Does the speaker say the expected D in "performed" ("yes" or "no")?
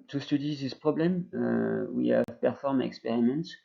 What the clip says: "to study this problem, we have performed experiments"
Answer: no